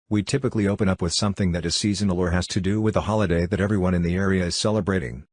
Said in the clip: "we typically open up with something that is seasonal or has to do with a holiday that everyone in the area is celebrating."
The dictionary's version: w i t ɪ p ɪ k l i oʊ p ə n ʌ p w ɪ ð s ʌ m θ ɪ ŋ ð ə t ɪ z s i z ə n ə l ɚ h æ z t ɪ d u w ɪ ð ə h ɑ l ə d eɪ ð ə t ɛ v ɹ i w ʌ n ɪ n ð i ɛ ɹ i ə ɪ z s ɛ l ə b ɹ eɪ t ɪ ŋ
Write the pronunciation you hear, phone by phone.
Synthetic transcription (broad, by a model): w i t ɪ p ɪ k l i oʊ p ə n ʌ p w ɪ ð s ʌ m θ ɪ ŋ ð ə t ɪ s i z ə n ə l ɚ h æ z t ɪ d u w ɪ ð ə h ɑ l ə d eɪ ð ə t ɛ v ɹ i w ʌ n ɪ n ð i ɛ ɹ i ə ɪ z s ɛ l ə b ɹ eɪ t ɪ ŋ